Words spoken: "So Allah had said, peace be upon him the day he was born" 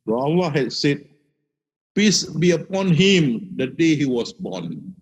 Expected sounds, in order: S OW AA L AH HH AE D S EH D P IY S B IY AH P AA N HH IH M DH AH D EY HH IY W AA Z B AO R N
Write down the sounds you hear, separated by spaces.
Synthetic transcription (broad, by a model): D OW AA W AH HH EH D S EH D P IY S B IY AH P AA N HH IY M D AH D EY HH IY W AA S B AO N